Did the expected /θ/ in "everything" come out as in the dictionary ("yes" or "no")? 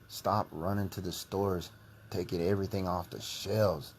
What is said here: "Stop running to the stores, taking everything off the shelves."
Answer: yes